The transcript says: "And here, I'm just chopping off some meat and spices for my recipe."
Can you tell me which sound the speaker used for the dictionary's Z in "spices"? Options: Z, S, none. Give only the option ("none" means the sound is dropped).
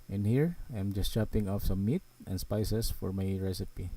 S